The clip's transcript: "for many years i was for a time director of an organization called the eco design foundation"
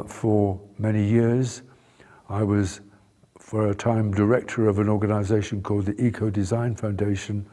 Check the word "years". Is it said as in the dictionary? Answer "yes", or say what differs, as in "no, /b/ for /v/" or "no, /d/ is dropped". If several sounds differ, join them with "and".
yes